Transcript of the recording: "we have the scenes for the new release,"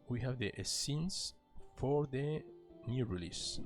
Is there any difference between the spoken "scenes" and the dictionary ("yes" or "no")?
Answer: yes